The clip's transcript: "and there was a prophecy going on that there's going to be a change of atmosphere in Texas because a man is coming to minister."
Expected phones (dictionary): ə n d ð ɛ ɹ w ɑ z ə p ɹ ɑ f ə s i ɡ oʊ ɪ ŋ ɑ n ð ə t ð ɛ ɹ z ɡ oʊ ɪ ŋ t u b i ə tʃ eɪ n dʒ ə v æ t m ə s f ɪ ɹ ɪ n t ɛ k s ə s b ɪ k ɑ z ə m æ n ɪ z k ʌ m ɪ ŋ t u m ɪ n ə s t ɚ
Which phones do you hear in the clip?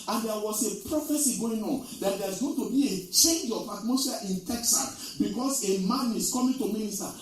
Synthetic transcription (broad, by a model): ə n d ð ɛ w ɑ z ə p ɹ ɑ f ə s i ɡ oʊ ɪ ŋ ɑ n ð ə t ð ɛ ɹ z ɡ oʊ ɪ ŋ t u b i ə tʃ eɪ n dʒ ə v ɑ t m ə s ɑ ɪ n t ɛ k s ə s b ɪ k ɑ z ə m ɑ n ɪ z k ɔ m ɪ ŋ t u m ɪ n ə s t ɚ